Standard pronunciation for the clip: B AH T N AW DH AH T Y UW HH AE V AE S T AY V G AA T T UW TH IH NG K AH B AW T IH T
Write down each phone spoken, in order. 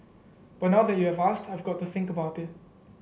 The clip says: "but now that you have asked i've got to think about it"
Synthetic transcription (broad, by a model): B AH T N AW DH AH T Y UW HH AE V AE S T AY V G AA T T UW TH IH NG K AH B AW T IH T